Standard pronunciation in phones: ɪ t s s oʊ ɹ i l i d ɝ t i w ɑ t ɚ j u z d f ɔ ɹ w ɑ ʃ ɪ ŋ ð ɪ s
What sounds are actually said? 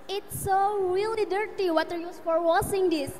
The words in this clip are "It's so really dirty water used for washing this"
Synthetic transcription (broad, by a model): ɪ t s s oʊ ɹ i l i d ɝ t i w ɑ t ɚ j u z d f ɔ ɹ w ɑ s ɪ ŋ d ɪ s